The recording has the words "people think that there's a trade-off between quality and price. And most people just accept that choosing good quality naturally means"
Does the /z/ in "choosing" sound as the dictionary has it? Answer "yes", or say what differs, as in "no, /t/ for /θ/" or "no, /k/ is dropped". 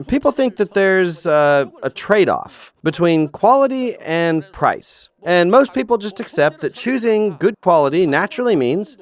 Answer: yes